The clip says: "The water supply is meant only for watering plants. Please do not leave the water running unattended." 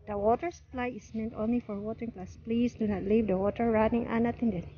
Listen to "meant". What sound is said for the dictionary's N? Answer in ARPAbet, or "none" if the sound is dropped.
N